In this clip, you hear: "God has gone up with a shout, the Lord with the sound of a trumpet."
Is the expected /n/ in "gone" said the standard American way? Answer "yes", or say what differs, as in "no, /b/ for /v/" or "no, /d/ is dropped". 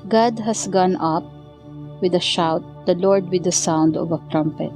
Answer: yes